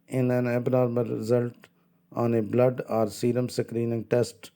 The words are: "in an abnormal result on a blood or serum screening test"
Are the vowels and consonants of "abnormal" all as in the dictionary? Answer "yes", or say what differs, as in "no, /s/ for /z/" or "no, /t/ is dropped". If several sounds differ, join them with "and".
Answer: yes